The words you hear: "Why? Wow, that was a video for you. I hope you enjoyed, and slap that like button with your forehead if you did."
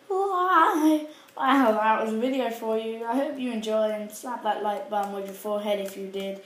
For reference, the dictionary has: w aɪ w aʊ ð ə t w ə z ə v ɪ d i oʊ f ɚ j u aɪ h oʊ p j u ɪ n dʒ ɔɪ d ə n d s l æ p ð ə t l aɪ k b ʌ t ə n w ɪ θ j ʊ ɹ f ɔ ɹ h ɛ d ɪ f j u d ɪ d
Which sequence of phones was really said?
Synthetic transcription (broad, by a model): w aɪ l ð ə t w ə z ə v ɪ d i oʊ f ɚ j u aɪ h oʊ p j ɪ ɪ n dʒ ɔɪ ə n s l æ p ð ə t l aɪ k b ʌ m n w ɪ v j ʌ ɹ f ɔ ɹ h ɛ d ɪ f j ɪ d ɪ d